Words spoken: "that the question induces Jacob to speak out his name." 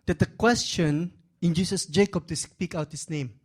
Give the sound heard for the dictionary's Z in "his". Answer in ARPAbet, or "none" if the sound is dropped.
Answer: S